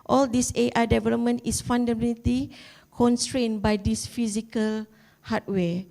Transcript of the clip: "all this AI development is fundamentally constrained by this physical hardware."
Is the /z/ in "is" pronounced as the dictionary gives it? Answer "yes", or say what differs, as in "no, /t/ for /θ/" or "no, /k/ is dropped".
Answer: no, /s/ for /z/